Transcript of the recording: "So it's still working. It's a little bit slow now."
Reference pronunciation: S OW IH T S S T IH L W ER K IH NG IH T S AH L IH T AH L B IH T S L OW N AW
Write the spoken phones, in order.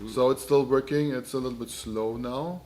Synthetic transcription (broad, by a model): S OW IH T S S T IH L W ER K IH NG IH T S AH L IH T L B IH T S L OW N AW